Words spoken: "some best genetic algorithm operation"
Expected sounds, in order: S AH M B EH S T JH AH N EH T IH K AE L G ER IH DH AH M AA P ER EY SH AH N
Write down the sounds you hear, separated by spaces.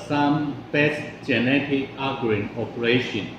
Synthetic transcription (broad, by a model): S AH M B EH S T JH AH N EH T IH K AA G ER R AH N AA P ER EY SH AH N